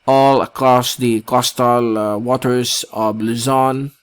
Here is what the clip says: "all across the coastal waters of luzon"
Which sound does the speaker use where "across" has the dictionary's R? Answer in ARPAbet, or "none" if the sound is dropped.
R